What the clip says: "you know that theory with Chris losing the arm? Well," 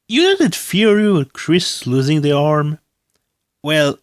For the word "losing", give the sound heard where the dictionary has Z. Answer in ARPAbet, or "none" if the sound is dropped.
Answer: Z